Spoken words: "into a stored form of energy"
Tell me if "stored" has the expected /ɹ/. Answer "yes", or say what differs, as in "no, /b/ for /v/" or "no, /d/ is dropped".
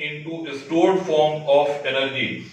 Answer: yes